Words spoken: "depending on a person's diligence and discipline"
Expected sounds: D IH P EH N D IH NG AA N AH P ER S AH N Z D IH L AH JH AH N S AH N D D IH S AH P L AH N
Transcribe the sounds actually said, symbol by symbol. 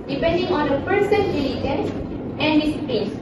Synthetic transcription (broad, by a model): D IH P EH N D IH NG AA N AH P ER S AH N D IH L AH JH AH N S AH N D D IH S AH P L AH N